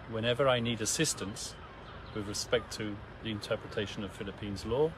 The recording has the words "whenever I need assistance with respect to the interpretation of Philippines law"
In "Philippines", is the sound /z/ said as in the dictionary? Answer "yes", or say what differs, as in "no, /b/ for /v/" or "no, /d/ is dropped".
yes